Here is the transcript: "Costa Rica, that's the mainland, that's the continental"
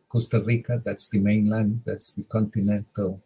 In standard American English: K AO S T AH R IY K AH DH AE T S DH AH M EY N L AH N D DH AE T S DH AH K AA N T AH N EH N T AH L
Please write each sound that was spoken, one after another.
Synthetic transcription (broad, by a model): K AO S T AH R IY K AH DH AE T S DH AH M EY N L AH N D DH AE T S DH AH K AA N T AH N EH N T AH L